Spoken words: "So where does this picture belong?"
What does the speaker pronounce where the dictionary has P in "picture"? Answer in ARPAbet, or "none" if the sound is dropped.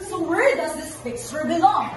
F